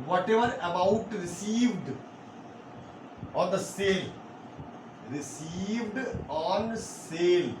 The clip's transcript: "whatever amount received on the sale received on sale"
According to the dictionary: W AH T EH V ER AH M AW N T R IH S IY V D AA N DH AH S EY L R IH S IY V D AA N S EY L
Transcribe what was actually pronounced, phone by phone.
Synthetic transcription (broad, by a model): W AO T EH V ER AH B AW T R IH S IY V D AA N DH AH S EY L R IH S IY V D AA N S EY L